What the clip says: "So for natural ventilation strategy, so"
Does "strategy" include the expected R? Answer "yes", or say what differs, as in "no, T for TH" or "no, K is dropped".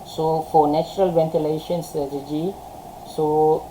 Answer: no, R is dropped